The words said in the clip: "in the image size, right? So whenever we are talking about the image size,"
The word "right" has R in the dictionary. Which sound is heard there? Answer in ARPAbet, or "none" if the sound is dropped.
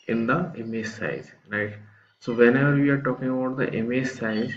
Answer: L